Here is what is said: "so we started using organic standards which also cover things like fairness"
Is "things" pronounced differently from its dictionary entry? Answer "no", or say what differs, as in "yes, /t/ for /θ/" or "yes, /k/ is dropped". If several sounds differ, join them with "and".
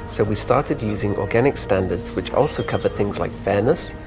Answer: no